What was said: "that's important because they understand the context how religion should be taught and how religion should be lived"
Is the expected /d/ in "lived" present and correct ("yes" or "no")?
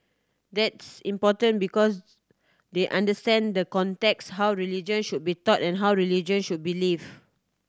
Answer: no